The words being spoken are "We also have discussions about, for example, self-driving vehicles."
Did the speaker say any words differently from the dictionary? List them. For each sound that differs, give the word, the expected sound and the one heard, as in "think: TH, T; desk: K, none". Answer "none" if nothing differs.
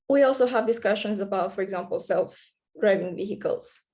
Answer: none